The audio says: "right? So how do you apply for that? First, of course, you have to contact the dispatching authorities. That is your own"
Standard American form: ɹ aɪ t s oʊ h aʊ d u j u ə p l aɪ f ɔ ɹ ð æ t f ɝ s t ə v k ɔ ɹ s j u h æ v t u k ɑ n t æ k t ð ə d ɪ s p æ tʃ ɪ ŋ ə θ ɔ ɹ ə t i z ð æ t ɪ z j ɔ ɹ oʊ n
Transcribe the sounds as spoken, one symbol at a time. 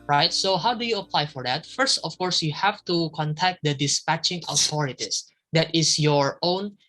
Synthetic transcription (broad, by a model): ɹ aɪ t s oʊ h aʊ d u j u ə p l aɪ f ɔ ɹ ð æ t f ɝ s t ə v k ɔ ɹ s j u h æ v t u k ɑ n t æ k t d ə d ɪ s p æ tʃ ɪ ŋ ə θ ɔ ɹ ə t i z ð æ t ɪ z j ɔ ɹ oʊ n